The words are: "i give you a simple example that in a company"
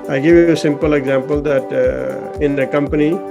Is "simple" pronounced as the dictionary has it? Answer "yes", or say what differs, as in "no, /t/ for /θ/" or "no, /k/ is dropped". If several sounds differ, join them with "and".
yes